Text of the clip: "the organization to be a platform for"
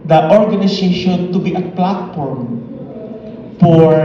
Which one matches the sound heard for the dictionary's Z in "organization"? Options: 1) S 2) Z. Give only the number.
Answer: 1